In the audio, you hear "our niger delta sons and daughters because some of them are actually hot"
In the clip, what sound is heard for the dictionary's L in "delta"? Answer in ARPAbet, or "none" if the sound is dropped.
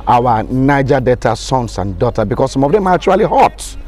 none